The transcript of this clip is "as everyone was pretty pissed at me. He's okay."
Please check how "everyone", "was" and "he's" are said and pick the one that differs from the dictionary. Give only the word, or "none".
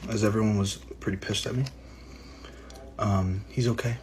none